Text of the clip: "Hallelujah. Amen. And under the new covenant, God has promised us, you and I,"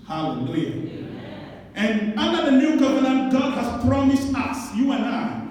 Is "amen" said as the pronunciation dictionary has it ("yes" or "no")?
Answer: no